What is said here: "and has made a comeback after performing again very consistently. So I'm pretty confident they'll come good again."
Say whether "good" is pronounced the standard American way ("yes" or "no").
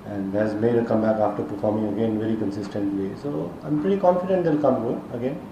no